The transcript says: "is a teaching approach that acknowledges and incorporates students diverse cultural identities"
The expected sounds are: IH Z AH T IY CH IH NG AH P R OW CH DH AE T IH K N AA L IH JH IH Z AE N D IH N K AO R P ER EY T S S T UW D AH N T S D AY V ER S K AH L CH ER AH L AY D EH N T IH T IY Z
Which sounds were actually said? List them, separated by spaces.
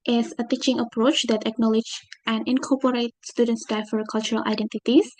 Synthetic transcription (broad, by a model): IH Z AH T IY CH IH NG AH P R OW CH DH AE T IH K N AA L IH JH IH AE N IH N K AO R P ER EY T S S T UW D AH N T S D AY F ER K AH L CH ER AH L AY D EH N T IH T IY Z